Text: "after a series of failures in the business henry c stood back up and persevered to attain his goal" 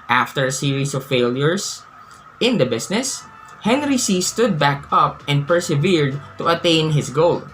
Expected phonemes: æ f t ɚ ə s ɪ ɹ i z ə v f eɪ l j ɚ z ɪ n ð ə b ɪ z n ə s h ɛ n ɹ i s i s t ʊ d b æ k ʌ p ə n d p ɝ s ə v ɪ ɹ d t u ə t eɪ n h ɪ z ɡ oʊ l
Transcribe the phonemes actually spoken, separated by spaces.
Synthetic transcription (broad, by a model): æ f t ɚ ə s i ɹ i s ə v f eɪ l j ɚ s ɪ n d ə b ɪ s n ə s h ɛ n ɹ i s i s t ʊ d b æ k ʌ p ə n d p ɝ s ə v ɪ ɹ d t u ə t eɪ n h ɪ s ɡ oʊ l